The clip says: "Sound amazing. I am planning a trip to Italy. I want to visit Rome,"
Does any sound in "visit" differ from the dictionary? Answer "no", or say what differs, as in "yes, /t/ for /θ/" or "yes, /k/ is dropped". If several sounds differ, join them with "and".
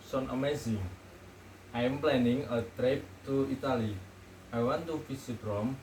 yes, /f/ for /v/